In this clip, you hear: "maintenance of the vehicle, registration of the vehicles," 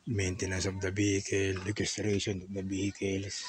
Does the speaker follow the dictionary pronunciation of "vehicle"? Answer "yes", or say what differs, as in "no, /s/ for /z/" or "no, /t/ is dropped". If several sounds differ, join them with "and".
no, /b/ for /v/